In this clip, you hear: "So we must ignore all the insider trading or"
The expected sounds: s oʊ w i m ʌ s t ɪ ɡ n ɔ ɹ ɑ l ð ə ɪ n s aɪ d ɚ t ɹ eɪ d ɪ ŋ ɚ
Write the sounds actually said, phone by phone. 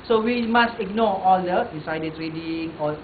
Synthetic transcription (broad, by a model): s oʊ w i m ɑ s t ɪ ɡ n ɔ ɑ l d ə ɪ s aɪ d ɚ t ɹ eɪ d ɪ ŋ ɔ